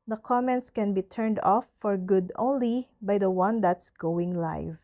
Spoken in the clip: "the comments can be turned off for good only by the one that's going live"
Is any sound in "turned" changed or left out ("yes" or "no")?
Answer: no